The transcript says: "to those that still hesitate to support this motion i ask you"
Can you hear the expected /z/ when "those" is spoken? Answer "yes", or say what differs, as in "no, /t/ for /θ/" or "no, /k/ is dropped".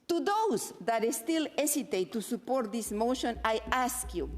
no, /s/ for /z/